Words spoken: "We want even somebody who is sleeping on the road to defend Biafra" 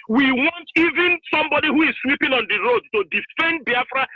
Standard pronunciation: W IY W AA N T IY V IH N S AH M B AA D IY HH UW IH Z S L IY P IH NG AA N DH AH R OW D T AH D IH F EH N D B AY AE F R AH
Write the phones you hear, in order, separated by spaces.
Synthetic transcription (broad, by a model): W IY W AA N T IY V IH N S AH M B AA D IY HH UW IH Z S W IY P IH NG AA N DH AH R OW D T AH D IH F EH N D B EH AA F R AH